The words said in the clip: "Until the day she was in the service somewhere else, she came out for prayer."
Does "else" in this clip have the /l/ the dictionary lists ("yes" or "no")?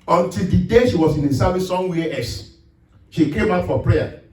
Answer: no